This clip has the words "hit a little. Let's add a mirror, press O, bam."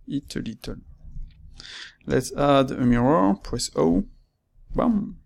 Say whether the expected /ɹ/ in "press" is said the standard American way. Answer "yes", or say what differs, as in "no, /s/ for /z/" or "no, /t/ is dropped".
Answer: no, /w/ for /ɹ/